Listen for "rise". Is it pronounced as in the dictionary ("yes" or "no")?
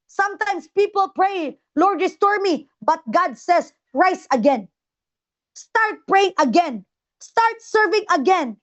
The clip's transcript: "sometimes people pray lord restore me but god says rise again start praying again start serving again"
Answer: no